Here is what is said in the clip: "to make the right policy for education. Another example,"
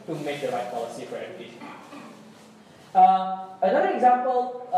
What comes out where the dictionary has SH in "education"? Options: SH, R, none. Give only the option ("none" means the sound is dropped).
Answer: none